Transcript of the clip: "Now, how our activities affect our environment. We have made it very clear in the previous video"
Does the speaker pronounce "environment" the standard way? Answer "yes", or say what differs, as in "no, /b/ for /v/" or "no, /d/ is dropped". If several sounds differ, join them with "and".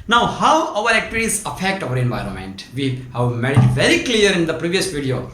yes